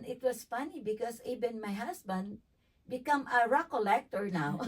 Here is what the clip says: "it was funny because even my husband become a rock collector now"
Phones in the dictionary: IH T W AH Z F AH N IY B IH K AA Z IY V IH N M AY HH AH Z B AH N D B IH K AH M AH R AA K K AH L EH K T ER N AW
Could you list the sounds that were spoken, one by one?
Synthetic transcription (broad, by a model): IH T W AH S F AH N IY B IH K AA S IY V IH N M AY HH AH S B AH N D B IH K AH M AH R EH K K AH L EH K T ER N AW